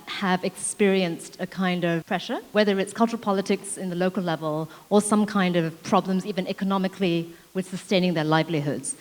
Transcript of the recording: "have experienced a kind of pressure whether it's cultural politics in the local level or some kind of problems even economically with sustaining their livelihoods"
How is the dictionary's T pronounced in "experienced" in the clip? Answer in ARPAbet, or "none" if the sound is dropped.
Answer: T